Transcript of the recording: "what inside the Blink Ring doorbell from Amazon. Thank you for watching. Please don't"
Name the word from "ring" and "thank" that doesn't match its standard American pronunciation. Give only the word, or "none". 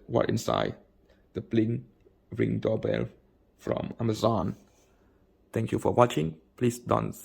thank